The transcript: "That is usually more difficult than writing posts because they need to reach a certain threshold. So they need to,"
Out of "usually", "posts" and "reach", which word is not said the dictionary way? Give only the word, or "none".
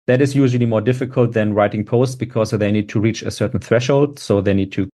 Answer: none